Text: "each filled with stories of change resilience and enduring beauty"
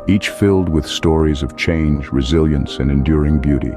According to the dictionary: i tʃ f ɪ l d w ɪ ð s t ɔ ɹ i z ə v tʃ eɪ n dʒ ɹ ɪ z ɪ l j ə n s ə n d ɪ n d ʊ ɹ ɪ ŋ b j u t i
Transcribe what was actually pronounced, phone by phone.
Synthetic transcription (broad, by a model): i tʃ f ɪ l d w ɪ ð s t ɔ ɹ i z ə v tʃ eɪ n dʒ ɹ ɪ z ɪ l j ə n s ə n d ɪ n d ʊ ɹ ɪ ŋ b j u t i